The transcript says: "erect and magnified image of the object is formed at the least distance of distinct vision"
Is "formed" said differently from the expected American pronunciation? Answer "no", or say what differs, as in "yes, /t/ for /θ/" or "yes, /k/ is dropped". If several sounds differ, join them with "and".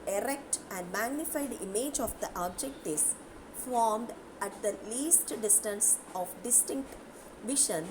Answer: no